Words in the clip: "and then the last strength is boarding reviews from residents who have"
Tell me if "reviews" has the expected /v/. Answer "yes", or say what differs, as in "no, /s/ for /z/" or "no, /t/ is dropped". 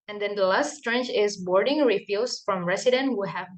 no, /f/ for /v/